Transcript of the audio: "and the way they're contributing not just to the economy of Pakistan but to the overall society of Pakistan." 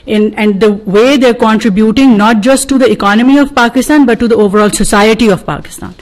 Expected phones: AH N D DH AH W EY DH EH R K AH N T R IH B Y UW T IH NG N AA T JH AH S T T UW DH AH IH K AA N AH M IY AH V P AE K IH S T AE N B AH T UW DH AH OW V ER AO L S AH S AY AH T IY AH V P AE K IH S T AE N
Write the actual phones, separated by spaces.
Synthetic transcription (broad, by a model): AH N D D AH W EY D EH R K AH N T R IH B Y UW T IH NG N AA T JH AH S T T UW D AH IH K AA N AH M IY AH V P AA K IH S T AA N B AH T UW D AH OW V ER AO L S AH S AY AH T IY AH V P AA K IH S T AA N